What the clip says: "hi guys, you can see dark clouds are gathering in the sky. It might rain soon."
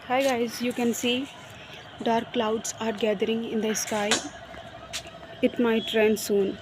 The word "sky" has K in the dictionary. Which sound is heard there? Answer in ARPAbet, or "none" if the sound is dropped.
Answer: K